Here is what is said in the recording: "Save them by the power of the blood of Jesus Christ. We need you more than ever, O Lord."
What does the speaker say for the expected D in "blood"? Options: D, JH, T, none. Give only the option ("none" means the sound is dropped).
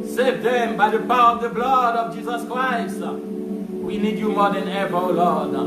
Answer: D